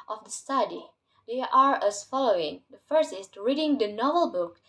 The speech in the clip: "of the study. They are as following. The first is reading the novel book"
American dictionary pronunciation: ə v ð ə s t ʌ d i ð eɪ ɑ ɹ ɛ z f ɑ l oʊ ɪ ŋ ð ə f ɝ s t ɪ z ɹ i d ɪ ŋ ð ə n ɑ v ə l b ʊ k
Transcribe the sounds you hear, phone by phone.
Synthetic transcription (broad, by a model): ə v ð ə s t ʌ d i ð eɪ ɑ ɹ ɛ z f ɑ l oʊ ɪ ŋ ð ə f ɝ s ɪ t ɹ i d ɪ ŋ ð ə n ɑ v ə l b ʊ k